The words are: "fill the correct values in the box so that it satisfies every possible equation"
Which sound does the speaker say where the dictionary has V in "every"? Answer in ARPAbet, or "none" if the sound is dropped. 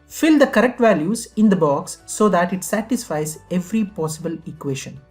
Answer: V